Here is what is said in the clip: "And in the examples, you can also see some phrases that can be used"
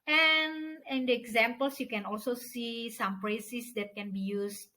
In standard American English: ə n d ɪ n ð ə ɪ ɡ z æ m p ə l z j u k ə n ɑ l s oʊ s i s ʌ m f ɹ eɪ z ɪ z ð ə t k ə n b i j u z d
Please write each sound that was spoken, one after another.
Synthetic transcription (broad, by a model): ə n ɪ n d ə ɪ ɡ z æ m p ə l s j u k ə n ɑ l s oʊ s i s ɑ m p ɹ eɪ s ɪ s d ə t k ə n b i j u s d